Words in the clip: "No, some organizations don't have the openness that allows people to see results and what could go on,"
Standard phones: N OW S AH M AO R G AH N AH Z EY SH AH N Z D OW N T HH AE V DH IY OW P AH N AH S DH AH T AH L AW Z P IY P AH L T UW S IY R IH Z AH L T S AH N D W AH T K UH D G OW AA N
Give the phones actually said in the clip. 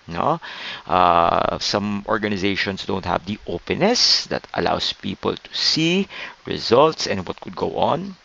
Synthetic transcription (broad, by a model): N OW S AH M AO R G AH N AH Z EY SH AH N S D OW N T HH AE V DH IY OW P AH N AH S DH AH T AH L AW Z P IY P AH L T UW S IY R IH Z AH L T S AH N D W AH T K UH D G OW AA N